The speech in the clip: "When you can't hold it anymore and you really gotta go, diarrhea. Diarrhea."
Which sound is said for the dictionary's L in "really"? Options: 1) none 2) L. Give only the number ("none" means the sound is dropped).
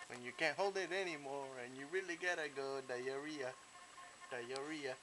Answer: 2